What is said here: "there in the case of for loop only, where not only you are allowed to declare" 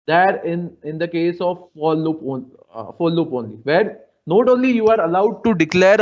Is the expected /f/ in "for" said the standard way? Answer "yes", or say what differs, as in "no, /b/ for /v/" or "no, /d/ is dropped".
no, /p/ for /f/